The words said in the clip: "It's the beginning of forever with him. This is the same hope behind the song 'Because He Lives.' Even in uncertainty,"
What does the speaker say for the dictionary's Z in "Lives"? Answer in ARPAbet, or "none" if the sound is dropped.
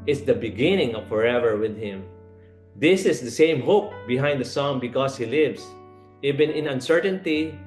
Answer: S